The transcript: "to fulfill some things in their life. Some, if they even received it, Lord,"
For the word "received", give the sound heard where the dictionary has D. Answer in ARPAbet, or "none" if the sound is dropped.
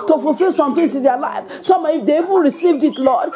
D